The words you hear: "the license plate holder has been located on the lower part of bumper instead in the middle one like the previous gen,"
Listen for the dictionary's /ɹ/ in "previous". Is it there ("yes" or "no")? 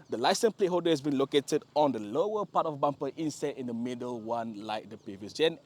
no